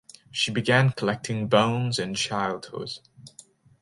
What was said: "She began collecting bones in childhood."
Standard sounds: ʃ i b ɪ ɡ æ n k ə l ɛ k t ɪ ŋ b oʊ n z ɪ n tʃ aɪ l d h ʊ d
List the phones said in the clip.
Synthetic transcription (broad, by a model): ʃ i b ɪ ɡ æ n k ə l ɛ k t ɪ ŋ b oʊ n z ɪ n tʃ aɪ l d h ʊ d